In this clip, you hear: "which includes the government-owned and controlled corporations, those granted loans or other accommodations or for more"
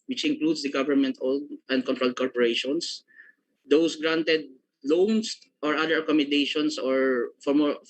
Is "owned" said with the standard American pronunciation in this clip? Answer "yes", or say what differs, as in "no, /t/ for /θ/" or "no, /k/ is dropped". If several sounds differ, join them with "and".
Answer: no, /l/ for /n/